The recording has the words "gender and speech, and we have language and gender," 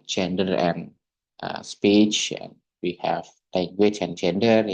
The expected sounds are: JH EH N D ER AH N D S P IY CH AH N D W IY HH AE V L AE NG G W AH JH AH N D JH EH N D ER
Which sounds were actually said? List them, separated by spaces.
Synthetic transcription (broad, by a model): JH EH N D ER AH N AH S P IY CH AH N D W IY HH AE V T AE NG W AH CH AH N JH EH N D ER